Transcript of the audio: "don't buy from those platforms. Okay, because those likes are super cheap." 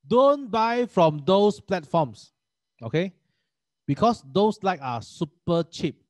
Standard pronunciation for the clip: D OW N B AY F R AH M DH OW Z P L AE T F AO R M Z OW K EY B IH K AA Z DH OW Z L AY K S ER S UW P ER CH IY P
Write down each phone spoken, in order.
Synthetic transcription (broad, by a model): D OW N B AY F R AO M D OW S P L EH T F AO M S OW K EY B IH K AA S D OW S L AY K AA S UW P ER CH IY P